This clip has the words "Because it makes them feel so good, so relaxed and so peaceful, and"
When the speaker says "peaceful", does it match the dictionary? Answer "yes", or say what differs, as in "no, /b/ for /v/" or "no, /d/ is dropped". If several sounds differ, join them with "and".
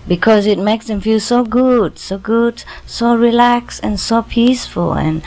yes